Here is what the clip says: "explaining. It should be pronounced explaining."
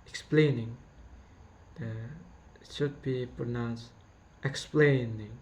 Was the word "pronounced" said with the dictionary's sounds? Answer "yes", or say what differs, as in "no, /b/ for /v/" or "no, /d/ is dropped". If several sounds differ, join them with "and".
yes